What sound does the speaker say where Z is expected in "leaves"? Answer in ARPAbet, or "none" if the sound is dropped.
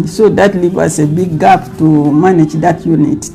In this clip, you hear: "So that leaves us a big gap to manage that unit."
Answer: none